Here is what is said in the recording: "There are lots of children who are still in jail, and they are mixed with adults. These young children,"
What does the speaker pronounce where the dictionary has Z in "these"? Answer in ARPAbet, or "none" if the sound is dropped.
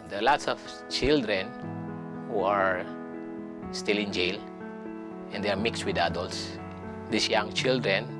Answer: S